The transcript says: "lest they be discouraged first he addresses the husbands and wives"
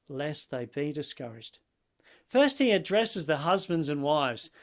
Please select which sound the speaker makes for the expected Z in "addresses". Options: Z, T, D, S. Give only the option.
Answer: Z